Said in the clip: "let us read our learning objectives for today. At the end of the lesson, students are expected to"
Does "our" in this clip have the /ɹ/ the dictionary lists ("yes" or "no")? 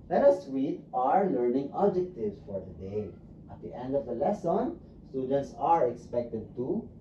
yes